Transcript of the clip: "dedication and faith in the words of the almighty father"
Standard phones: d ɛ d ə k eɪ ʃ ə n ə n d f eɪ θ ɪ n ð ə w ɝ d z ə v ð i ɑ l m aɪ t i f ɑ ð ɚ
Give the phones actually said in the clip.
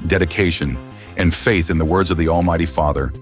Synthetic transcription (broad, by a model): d ɛ d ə k eɪ ʃ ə n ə n f eɪ θ ɪ n ð ə w ɝ d z ə v ð i ɑ l m aɪ t i f ɑ ð ɚ